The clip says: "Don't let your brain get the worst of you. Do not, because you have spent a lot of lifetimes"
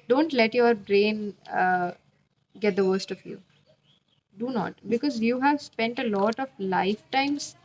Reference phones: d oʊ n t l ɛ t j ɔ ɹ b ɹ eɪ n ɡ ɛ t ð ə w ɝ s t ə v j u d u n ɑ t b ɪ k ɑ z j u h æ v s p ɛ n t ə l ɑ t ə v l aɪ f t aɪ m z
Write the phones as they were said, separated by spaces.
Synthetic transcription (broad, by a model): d oʊ n t l ɛ t j ɔ ɹ b ɹ eɪ n ɡ ɛ t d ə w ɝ s t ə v j u d u n ɑ t b ɪ k ɑ z j u h æ v s p ɛ n t ə l ɑ t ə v l aɪ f t aɪ m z